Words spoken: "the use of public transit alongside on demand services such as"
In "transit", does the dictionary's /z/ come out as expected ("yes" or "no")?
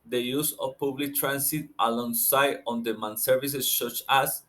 no